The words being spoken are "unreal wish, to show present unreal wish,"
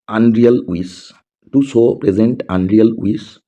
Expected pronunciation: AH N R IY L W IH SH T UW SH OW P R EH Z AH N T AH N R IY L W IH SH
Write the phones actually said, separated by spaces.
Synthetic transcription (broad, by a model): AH N R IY L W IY S T UW S OW P R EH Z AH N T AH N R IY L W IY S